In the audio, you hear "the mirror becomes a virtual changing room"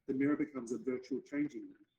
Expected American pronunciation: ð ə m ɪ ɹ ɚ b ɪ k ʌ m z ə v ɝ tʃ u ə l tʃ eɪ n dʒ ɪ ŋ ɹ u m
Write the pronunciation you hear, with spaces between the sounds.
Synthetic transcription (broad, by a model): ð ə m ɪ ɹ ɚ b ɪ k ʌ m z ə v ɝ tʃ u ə l tʃ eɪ n dʒ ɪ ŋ